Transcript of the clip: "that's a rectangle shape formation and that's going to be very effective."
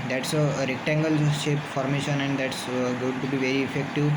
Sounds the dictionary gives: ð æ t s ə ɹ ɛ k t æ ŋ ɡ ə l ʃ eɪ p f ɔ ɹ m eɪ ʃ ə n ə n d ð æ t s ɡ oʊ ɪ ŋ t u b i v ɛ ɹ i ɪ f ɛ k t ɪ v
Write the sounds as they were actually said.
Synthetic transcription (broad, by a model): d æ t s ə ɹ ɛ k t æ ŋ ɡ ə l ʃ eɪ p f ɔ ɹ m eɪ ʃ ə n ə n d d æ t s ɡ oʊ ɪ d t u b i v ɛ ɹ i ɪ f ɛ k t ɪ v